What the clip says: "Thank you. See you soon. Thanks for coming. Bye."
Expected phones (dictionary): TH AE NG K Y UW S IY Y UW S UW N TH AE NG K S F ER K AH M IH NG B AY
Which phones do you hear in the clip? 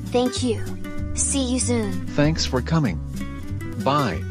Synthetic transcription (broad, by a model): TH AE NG K Y UW S IY Y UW S UW N TH AE NG K S F ER K AH M IH NG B AY